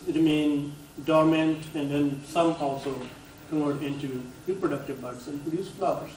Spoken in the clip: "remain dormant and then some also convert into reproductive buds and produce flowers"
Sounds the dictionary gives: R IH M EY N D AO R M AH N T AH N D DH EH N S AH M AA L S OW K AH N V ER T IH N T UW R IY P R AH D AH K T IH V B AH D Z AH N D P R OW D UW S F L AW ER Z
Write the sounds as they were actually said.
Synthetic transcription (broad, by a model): R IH M EY N D AO R M AH N T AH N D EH N S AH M AA L S OW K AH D IH N T UW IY P R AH D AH K T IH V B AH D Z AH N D P R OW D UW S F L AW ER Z